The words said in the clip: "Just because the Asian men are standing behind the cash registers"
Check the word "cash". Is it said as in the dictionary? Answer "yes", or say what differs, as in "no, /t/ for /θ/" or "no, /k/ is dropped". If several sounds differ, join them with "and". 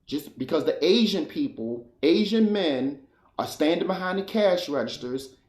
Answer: yes